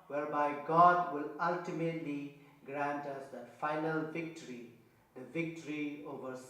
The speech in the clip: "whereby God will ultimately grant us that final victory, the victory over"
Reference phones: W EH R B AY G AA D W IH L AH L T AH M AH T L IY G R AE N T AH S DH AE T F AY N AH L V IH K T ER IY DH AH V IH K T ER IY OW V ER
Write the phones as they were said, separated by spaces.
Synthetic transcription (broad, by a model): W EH R B AY G AA D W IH L AH L T AH M AH T L IY G R AE N T AH S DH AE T F AY N AH L V IH K T ER IY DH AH V IH K T ER IY OW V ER